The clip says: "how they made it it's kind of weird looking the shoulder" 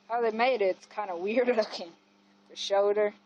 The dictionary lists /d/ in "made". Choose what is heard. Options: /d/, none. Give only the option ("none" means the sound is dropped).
none